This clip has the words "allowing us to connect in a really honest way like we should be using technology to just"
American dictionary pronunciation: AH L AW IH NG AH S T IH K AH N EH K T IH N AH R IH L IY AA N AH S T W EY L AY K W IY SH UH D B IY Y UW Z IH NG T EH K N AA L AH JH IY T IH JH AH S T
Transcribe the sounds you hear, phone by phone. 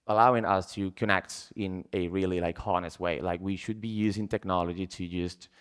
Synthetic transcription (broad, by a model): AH L AW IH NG AH S T IH K AH N EH K T IH N AH R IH L IY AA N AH S T W EY L AY K W IY SH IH D B IY Y UW Z IH NG T EH K N AA L AH JH IY T IH JH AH S T